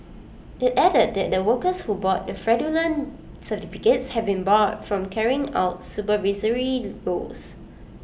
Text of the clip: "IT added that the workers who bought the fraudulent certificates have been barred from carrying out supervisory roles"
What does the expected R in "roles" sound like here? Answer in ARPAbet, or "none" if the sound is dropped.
L